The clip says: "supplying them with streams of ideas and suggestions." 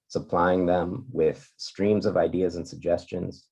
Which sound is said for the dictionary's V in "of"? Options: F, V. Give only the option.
V